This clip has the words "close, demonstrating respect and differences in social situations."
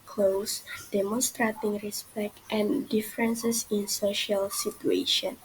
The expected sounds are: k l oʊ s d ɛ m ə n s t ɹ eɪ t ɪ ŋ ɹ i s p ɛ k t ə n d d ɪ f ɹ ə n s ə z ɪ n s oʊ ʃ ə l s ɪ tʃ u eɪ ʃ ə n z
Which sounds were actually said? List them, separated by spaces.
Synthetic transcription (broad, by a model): k l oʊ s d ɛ m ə n s t ɹ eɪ t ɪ ŋ ɹ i s p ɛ k t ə n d d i f ɹ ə n s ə s ɪ n s oʊ ʃ ə l s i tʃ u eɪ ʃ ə n